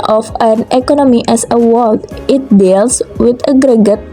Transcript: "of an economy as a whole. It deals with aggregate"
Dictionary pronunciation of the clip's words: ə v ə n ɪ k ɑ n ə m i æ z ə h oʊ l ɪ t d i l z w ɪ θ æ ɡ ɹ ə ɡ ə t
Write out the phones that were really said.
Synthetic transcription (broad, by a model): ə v ə n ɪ k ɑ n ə m i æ s ə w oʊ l ɪ t d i l s w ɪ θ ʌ ɡ ɹ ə ɡ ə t